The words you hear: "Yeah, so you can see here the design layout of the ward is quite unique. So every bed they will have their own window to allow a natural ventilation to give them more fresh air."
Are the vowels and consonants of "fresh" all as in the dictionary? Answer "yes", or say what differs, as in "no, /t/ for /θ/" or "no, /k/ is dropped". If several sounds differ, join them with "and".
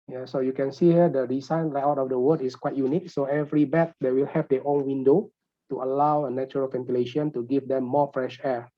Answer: yes